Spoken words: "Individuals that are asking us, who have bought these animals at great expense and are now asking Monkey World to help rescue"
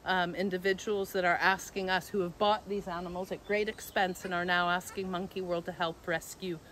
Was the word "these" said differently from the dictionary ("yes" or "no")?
no